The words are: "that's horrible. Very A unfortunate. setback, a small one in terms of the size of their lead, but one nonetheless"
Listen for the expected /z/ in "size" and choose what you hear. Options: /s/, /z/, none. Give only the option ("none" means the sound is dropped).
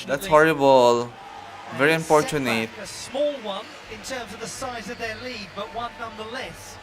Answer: /z/